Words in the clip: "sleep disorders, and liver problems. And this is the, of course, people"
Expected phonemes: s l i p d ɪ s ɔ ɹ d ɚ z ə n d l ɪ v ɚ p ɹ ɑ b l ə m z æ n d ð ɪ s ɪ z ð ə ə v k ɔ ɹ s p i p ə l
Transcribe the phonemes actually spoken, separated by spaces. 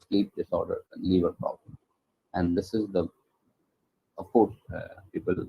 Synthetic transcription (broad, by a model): s l i p d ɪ s ɔ ɹ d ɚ ə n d l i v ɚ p ɹ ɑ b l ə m æ n d ɪ s ɪ z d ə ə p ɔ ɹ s p i p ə l